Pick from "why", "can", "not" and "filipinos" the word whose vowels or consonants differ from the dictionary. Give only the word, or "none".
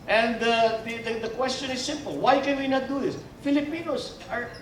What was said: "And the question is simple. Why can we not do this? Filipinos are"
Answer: filipinos